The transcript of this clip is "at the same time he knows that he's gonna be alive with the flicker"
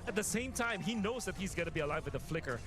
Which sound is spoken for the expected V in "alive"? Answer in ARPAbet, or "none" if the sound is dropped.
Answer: V